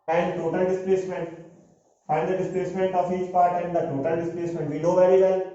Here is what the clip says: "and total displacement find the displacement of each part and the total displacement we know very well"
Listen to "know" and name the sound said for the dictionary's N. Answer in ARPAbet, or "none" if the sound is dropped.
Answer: L